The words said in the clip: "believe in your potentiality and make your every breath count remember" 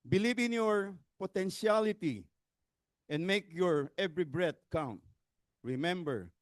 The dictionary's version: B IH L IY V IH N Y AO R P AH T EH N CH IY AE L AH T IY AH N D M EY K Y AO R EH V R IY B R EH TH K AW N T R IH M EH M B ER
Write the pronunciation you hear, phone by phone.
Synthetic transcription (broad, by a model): B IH L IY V IH N Y AO R P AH T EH N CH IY L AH T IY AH N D M EY K Y AO R EH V R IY B R EH T K AW N T R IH M EH M B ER